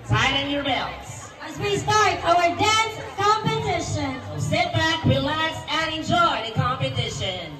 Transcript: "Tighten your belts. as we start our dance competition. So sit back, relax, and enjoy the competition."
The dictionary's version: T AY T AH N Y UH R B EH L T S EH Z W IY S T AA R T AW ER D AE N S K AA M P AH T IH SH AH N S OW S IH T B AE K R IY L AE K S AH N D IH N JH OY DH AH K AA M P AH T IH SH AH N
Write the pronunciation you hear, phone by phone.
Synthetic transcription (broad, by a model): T AY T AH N Y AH R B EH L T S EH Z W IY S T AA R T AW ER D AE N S K AA M P AH T IH SH AH N S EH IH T B AE K W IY L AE S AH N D IH N JH OY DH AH K AA M P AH T IH SH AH N